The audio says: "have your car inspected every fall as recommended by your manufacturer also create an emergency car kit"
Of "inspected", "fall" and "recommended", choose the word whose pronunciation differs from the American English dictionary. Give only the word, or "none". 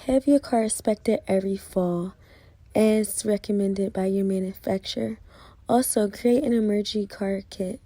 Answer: inspected